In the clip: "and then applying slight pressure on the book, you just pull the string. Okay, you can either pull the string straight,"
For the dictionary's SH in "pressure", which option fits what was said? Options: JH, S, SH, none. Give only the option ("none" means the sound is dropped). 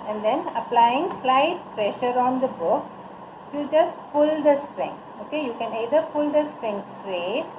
SH